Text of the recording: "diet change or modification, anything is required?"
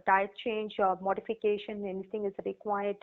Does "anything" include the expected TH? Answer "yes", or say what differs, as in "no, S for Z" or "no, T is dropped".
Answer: no, T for TH